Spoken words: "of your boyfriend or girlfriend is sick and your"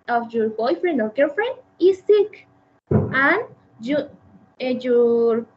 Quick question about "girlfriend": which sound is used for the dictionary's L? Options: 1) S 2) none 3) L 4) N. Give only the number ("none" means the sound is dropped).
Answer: 2